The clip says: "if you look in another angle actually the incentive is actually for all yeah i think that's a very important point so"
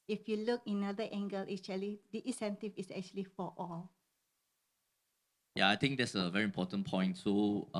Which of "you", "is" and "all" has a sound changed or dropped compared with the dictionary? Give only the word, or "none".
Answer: is